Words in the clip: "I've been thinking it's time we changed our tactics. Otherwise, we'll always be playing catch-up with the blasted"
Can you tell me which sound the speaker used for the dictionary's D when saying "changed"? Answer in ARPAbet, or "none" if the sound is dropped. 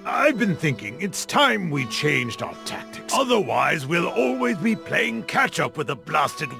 D